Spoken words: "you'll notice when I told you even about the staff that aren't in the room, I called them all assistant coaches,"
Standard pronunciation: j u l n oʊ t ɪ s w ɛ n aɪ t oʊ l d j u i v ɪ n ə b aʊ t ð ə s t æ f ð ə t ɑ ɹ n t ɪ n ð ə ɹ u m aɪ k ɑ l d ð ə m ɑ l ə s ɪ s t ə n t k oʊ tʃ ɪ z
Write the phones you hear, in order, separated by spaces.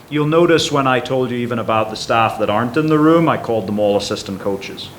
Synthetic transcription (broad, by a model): j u l n oʊ t ɪ s w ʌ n aɪ t oʊ l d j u i v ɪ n ə b aʊ t ð ə s t æ f ð ə t ɑ ɹ n t ɪ n ð ə ɹ u m aɪ k ɑ l d ð ə m ɑ l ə s ɪ s t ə n k oʊ tʃ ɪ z